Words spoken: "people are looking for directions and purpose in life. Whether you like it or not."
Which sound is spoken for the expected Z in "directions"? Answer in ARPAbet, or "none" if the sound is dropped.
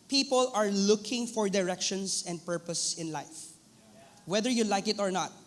S